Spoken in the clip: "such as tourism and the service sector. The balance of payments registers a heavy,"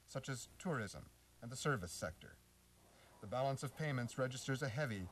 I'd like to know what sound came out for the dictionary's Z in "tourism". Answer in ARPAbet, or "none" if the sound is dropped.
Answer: Z